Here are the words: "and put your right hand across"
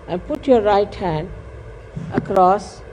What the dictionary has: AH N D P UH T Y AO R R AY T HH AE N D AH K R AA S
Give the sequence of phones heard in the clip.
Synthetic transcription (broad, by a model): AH N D P UH T Y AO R R AY T HH AE N D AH K R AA S